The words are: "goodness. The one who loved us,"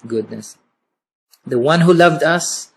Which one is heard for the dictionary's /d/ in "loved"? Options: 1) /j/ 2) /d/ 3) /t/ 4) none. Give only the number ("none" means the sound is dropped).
2